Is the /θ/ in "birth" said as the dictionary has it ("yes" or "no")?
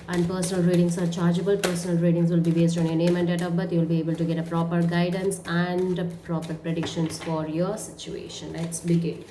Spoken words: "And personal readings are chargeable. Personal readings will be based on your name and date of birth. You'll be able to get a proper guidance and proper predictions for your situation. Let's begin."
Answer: no